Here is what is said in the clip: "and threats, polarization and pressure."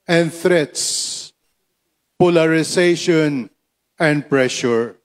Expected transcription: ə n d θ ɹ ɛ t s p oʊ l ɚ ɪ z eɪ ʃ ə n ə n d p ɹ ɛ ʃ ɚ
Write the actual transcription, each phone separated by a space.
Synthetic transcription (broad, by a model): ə n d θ ɹ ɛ t s p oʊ l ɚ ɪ s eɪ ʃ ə n ə n d p ɹ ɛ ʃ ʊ